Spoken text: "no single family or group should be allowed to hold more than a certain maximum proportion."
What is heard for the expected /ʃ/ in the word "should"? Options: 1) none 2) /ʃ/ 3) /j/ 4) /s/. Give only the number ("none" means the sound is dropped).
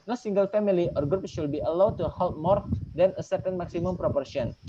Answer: 4